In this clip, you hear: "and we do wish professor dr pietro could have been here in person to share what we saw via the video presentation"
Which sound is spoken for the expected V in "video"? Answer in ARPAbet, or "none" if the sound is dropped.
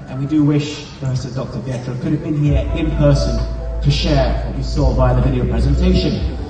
V